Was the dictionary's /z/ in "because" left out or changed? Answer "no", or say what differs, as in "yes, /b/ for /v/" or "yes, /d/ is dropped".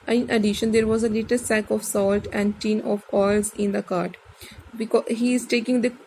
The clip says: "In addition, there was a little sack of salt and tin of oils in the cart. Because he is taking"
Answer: yes, /z/ is dropped